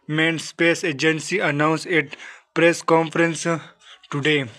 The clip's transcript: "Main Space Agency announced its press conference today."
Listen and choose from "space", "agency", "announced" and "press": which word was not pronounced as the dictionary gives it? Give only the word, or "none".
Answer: announced